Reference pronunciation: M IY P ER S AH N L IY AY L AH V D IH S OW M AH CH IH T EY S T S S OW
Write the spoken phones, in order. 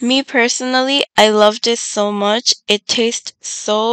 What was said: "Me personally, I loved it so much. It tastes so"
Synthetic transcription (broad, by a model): M IY P ER S AH N L IY AY L AH V D IH S OW M AH CH IH T EY S T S S OW